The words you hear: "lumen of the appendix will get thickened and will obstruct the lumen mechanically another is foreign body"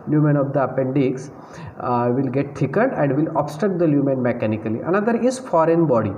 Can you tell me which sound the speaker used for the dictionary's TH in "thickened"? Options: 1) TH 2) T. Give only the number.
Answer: 2